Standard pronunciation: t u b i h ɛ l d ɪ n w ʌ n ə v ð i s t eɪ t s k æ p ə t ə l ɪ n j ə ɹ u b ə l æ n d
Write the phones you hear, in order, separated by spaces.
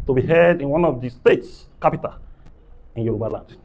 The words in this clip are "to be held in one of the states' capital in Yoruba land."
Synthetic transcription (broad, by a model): t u b i h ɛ d ɪ n w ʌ n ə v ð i s t eɪ t s k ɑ p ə t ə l ɪ n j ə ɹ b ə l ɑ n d